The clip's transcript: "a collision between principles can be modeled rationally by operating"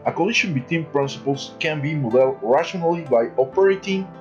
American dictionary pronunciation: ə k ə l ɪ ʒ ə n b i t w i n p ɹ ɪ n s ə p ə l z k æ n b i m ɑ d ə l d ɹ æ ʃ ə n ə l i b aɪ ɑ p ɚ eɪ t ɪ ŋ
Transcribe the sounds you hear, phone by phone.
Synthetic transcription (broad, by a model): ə k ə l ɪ ʃ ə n b i t w i n p ɹ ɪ n s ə p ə l s k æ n b i m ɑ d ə l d ɹ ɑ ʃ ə n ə l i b aɪ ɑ p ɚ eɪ t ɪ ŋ